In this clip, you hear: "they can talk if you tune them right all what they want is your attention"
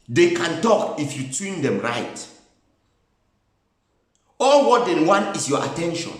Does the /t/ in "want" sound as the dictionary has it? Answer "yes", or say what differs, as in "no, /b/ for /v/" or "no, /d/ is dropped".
no, /t/ is dropped